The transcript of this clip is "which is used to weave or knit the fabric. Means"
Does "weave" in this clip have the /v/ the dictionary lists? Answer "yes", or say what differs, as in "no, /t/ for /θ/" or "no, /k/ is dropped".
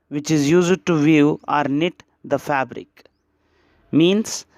no, /v/ is dropped